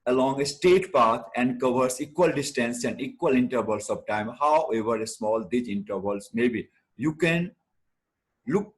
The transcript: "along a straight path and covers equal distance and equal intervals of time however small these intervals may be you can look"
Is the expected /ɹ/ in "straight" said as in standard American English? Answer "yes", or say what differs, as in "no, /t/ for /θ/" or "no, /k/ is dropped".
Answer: no, /ɹ/ is dropped